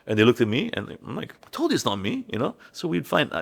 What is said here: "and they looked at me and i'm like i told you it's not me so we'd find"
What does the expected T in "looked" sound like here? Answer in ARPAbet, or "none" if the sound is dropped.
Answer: T